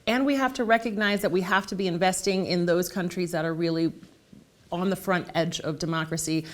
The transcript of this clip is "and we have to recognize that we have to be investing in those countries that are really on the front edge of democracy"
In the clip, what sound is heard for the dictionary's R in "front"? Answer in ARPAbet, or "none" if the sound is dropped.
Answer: R